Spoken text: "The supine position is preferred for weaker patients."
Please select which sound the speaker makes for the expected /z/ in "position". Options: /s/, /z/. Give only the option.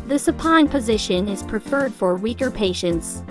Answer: /z/